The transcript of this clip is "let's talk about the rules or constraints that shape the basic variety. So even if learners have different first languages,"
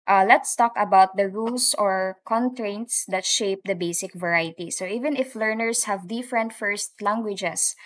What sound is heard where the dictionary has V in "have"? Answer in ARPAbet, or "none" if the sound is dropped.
V